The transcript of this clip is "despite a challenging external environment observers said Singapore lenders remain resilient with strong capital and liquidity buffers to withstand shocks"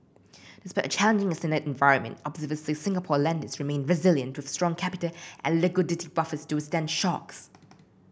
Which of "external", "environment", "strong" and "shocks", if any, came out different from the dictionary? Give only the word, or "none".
external